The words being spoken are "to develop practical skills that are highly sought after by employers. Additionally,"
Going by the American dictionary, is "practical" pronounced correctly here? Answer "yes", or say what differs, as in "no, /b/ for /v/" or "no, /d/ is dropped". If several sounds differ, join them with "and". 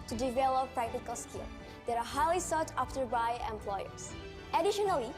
yes